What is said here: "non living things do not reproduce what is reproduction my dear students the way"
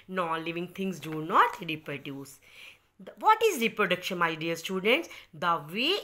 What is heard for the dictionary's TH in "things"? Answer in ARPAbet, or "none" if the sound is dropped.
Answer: T